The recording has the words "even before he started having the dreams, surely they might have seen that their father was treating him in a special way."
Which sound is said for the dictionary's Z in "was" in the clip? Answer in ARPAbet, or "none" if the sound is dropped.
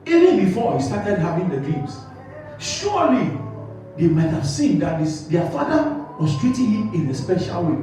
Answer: S